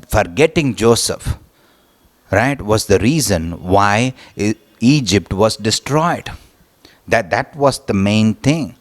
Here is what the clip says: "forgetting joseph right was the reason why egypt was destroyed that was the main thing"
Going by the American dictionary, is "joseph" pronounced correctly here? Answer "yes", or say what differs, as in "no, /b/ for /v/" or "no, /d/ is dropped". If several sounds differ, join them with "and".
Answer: yes